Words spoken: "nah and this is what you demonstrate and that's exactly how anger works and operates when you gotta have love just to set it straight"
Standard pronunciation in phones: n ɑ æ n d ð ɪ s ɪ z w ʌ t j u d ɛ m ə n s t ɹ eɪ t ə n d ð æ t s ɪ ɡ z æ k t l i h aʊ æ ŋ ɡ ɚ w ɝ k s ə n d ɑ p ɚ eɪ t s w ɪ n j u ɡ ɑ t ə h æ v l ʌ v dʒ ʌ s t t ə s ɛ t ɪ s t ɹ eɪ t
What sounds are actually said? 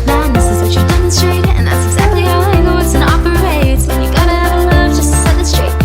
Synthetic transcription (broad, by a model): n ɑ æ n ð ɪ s ɪ z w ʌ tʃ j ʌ d ɛ m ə n s t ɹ eɪ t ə n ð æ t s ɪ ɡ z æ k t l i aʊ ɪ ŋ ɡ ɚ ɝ s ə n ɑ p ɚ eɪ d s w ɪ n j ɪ ɡ ɑ t ə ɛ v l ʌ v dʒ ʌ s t t ə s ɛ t ɪ s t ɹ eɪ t